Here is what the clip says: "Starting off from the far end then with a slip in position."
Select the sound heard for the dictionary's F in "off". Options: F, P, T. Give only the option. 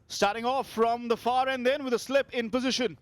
F